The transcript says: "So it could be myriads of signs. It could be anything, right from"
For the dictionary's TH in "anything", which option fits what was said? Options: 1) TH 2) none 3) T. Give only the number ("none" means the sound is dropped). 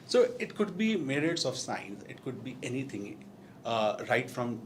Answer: 3